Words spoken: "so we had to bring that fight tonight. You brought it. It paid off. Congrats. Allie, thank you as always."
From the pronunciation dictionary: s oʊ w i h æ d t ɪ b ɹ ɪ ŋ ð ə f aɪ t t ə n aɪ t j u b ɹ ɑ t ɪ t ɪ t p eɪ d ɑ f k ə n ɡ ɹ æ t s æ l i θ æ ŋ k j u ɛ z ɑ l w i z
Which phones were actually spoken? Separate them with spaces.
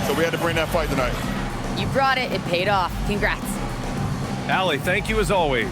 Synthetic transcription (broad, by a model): s oʊ w i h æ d t ɪ b ɹ ɪ ŋ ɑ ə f aɪ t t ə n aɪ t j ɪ b ɹ ɑ t ɪ t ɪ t p eɪ d ɑ f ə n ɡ ɹ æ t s æ l i θ æ ŋ k j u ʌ z ɑ l w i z